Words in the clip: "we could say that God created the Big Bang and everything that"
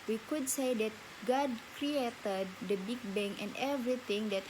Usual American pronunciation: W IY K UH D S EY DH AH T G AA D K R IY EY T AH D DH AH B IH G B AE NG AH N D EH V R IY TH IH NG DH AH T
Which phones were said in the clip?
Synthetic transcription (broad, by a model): W IY K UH D S EY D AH T G AA D K R IY EY T AH D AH B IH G B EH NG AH N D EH V R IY T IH NG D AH T